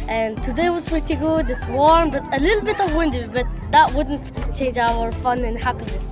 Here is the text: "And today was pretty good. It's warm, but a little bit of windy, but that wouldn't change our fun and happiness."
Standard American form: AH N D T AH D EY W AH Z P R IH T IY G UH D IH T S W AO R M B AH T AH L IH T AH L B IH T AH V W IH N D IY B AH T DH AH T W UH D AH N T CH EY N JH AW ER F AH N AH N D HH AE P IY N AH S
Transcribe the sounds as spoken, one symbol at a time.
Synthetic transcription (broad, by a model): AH N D T AH D EY W AH Z P R IH T IY G UH D IH T S W AO R M B AH T AH L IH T L B IH T AH V W IH N D IY B AH T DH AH T W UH D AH N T CH EY N JH AW ER F AH N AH N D HH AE P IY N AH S